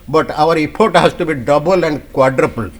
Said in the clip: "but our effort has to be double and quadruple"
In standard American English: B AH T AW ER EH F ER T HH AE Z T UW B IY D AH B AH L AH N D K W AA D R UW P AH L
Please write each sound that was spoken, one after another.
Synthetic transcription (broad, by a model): B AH T AW ER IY P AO T HH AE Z T UW B IY D AH B AH L AH N D K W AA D R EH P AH L